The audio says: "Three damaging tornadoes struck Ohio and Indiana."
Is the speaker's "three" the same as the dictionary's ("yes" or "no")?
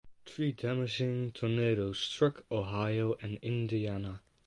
no